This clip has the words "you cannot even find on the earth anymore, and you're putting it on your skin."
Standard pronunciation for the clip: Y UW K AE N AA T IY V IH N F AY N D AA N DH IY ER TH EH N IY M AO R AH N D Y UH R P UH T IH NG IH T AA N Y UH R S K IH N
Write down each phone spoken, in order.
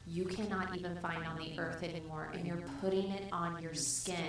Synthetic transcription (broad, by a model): Y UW K AE N AA T IY V IH N F AY N D N DH IY ER TH EH N IY M AO R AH N Y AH R P UH T IH NG IH T N Y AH R S K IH